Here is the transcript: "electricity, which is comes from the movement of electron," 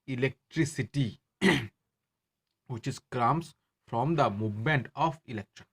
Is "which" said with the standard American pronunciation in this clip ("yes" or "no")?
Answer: yes